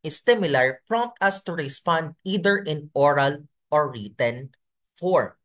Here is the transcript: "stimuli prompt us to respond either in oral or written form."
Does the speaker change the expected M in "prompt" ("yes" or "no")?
no